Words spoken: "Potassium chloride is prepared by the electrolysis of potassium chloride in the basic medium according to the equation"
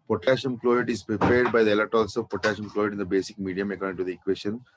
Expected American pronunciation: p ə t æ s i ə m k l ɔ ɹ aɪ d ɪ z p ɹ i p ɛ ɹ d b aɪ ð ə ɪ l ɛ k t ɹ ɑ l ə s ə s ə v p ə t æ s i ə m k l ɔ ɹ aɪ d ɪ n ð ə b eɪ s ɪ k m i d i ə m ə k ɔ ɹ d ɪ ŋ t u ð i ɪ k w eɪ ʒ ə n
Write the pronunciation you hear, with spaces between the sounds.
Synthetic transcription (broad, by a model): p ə t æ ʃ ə m k l ɔ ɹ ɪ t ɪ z p ɹ i p ɛ ɹ d b aɪ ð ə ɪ l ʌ t ɑ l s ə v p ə t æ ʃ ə m k l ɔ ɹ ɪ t ɪ n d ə b eɪ s ɪ k m i d i ə m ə k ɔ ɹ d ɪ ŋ t u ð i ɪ k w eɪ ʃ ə n